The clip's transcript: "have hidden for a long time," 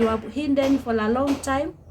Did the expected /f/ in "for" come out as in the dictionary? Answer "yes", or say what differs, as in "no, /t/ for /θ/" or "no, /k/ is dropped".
yes